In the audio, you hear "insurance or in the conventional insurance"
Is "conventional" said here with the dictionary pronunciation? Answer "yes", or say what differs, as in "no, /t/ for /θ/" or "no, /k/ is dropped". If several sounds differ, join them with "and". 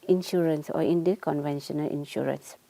yes